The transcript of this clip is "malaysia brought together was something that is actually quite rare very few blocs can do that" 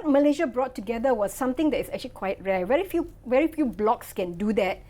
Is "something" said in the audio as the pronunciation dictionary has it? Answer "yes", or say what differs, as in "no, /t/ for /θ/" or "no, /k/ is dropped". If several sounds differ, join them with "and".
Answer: no, /t/ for /θ/